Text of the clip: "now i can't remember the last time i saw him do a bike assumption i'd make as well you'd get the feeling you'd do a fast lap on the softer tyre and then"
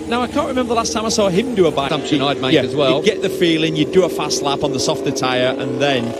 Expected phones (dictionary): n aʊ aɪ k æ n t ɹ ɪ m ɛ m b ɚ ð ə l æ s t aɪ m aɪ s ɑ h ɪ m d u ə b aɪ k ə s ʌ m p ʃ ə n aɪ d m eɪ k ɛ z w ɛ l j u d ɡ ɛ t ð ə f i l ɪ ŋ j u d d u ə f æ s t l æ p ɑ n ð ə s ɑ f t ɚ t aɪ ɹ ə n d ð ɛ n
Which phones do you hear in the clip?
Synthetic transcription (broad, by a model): n aʊ aɪ k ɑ n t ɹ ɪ m ɛ m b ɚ ð ə l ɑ s t aɪ m aɪ s ɑ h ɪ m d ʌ ə b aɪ ə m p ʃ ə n aɪ d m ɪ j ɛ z w ɛ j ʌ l ɡ ɛ t ð ə f i l ɪ ŋ j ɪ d d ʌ ə f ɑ s t l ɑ p n ð ə s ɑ f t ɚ t aɪ ɹ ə n ð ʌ n